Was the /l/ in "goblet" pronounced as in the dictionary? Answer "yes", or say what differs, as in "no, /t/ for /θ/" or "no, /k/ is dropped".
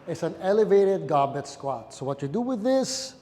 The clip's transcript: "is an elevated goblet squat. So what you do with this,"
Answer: no, /l/ is dropped